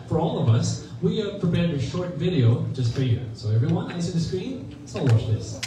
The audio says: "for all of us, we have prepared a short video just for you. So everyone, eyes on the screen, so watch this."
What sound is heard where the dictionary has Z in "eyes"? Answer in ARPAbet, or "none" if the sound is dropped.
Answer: S